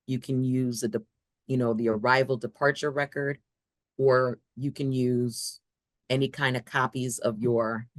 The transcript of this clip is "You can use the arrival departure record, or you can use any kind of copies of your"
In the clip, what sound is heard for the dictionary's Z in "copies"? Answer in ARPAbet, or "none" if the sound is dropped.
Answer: Z